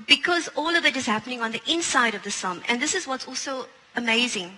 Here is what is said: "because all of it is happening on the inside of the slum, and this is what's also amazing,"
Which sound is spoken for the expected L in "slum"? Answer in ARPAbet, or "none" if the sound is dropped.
none